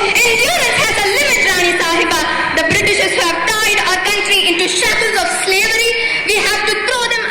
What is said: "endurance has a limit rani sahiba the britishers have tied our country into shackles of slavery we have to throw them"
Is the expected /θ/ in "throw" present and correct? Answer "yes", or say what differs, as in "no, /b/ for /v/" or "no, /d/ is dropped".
no, /t/ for /θ/